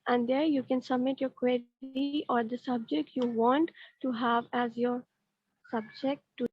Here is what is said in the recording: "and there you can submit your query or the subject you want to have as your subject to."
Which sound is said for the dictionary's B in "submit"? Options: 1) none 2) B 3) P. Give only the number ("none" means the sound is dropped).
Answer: 2